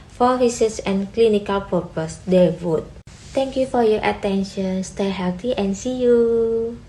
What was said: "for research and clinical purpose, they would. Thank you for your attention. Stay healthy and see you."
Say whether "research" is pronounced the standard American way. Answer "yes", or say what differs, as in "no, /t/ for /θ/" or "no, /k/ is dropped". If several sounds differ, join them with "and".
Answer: no, /s/ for /tʃ/